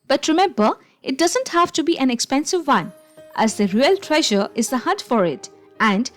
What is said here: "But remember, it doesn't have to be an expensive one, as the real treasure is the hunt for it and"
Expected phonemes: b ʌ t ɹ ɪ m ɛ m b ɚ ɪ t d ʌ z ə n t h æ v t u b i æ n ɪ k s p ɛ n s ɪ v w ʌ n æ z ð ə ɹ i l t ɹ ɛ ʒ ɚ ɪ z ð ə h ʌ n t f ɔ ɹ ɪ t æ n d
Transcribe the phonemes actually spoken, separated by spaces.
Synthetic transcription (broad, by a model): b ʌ t ɹ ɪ m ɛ m b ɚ ɪ t d ʌ z ə n t h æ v t u b i æ n ɪ k s p ɛ n s ɪ v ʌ n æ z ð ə ɹ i l t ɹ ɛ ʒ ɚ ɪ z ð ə h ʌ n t f ɔ ɹ ɪ t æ n d